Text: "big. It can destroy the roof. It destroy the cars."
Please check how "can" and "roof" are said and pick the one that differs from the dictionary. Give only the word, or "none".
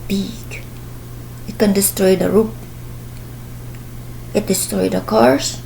roof